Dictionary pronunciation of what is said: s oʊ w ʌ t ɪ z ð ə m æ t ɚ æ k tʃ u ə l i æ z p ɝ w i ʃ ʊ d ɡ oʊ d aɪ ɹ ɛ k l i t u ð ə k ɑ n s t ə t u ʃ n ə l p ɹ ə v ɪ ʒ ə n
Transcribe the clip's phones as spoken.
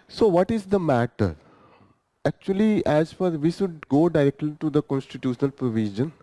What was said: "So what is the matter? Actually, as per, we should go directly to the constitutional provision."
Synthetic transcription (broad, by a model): s oʊ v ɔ t ɪ z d ə m æ t ɚ æ k tʃ u ə l i æ z f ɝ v i ʃ ʊ d ɡ oʊ d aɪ ɹ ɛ k l i t u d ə k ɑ n s t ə t u ʃ n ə l p ɹ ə v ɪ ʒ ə n